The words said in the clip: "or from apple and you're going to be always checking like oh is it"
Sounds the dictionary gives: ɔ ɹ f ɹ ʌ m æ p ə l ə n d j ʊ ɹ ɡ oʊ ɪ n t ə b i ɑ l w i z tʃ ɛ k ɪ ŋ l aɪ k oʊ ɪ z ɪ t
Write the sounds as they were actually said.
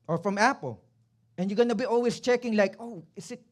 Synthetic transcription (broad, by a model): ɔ ɹ f ɹ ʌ m æ p ə l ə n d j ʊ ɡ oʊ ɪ n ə b i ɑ l w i s tʃ ɛ k ɪ ŋ l aɪ k oʊ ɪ s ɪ t